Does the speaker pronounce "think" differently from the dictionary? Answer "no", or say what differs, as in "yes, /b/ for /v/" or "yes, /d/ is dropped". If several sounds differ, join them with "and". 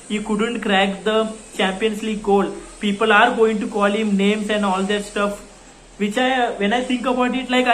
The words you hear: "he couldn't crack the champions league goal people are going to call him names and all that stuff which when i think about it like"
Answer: yes, /t/ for /θ/